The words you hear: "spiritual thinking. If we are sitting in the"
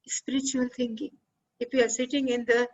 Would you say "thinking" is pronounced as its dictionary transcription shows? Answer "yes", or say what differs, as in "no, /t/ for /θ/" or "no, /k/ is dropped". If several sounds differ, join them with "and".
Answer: no, /t/ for /θ/